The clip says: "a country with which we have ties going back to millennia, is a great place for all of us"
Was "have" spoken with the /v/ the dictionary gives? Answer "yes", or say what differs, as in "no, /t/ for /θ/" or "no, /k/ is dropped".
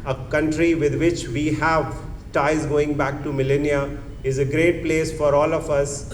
yes